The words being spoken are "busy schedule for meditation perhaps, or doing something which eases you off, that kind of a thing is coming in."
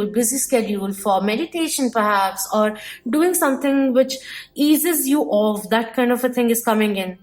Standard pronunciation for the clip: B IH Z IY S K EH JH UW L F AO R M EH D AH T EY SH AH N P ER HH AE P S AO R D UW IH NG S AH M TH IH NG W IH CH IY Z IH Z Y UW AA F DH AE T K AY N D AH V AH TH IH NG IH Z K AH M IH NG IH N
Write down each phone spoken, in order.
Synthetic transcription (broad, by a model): B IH Z IY S K EH JH UW L F AO R M EH D AH T EY SH AH N P ER HH AE P S AO R D UW IH NG S AH M T IH NG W IH CH IY Z IH Z Y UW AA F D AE T K AY N D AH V AH T IH NG IH Z K AH M IH NG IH N